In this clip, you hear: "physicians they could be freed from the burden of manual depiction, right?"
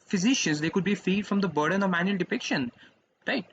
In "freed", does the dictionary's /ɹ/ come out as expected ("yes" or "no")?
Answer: no